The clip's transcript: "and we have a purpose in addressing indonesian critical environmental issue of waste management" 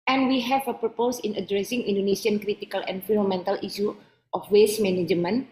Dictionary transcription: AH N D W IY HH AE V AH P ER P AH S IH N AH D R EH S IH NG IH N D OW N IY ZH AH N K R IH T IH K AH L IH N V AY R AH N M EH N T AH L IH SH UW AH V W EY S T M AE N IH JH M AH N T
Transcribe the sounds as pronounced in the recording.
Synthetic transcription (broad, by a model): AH N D W IY HH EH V AH P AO P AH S IH N AH D R EH S IH NG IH N D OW N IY S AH N K R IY T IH K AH L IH N F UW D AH M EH N T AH L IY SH UW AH F W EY S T M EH N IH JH M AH N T